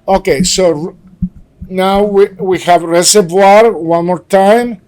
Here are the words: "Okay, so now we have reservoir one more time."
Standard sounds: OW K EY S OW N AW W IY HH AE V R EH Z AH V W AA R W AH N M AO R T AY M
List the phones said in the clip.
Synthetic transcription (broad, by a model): OW K EY S OW N AW W IY HH AE V R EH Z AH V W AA R W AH N M AO R T AY M